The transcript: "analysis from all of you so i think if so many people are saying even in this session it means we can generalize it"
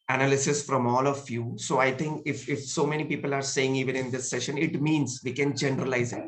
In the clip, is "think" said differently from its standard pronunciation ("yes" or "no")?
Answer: yes